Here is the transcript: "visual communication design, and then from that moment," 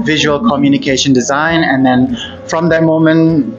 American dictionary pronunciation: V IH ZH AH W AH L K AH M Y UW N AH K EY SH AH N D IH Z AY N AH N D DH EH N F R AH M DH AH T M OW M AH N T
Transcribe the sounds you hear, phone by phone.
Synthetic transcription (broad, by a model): V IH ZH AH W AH L K AH M Y UW N AH K EY SH AH N D IH Z AY N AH N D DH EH N F R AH M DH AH T M OW M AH N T